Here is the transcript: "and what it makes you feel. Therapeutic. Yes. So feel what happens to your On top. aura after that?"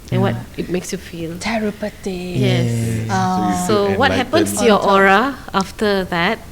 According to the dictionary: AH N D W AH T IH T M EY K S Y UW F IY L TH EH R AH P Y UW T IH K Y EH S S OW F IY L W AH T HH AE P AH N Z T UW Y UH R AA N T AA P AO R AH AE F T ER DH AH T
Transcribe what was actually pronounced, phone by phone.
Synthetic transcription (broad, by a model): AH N W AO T IH T M EY K S Y UW F IY L T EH R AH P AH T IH Y EH S S OW W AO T HH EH P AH N S T UW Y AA T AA AO R AH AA F T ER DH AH T